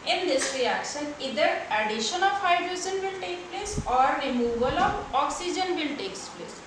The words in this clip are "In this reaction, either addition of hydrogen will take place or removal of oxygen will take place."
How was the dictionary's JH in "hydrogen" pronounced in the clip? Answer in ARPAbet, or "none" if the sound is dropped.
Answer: Z